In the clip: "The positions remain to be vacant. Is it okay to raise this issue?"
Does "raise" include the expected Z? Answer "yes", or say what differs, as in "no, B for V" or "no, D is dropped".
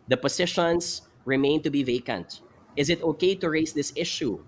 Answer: no, S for Z